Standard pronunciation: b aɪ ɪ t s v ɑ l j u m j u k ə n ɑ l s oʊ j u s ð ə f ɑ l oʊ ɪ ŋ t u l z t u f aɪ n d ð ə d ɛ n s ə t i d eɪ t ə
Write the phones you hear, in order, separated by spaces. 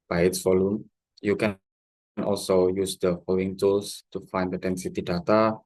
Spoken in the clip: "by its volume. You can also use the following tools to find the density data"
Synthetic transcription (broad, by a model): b aɪ ɪ t s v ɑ l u m j u k ə n ɑ l s oʊ j u s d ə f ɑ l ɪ ŋ t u l s t u f aɪ n d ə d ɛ n s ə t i d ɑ t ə